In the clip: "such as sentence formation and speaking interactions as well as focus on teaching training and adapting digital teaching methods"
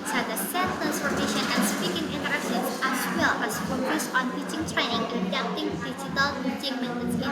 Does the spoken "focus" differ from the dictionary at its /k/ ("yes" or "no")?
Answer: yes